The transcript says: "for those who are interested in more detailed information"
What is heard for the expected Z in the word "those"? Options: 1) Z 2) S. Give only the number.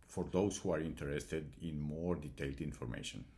2